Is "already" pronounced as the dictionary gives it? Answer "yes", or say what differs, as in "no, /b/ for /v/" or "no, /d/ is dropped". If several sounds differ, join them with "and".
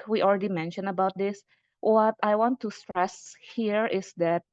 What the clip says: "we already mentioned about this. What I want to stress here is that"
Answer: yes